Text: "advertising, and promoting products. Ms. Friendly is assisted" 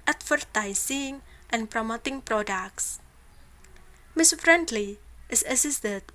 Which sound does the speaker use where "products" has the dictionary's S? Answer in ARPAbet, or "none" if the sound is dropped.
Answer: S